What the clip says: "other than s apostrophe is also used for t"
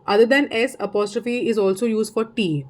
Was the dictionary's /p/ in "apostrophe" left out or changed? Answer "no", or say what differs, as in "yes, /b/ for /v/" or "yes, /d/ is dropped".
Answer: no